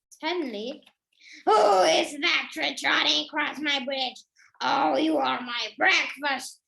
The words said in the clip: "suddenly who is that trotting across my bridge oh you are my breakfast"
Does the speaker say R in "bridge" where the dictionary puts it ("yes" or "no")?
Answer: yes